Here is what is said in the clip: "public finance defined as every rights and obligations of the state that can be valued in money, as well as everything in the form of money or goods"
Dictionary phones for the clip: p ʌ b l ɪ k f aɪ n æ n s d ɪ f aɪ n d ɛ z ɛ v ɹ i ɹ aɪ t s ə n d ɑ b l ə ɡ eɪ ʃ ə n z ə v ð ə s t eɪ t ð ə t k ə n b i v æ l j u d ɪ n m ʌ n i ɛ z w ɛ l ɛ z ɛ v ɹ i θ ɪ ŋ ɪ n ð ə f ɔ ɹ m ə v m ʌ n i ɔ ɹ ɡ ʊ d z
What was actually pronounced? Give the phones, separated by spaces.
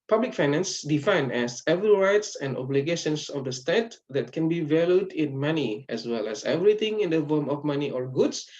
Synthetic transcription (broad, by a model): p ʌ b l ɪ k f aɪ n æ n s d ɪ f aɪ n ɛ s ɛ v i ɹ aɪ t s ə n d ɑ b l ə ɡ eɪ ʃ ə n s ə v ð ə s t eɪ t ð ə t k ə n b i v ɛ l j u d ɪ n m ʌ n i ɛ s w ɛ l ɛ s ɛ v ɹ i t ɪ ŋ ɪ n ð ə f ɔ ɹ m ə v m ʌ n i ɔ ɹ ɡ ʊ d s